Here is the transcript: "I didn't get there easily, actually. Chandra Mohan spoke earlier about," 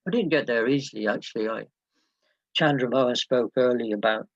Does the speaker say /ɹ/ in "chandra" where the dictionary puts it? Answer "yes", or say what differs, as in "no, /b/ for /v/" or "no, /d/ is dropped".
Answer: yes